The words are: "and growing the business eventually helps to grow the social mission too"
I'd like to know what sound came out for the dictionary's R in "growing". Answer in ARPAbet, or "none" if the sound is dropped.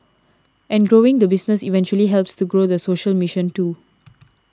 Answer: R